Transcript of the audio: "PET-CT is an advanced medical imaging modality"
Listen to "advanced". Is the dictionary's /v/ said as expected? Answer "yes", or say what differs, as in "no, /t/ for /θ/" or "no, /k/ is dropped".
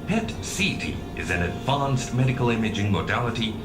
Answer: yes